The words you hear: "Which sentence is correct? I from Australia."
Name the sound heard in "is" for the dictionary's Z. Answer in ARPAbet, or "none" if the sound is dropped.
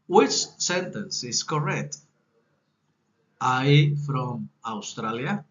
S